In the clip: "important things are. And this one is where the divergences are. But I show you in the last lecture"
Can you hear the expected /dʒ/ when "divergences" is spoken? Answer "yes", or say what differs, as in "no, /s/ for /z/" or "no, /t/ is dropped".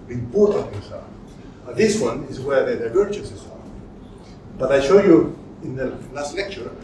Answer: no, /tʃ/ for /dʒ/